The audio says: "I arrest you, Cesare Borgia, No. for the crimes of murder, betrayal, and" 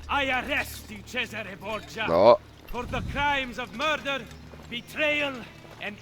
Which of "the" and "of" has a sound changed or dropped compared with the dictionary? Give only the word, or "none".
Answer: none